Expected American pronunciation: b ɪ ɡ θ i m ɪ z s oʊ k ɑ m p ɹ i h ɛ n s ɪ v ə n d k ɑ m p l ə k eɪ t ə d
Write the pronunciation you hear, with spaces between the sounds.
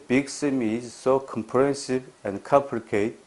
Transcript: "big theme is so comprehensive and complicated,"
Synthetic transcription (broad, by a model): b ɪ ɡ s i m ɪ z s oʊ k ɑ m p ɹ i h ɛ n s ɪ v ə n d k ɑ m p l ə k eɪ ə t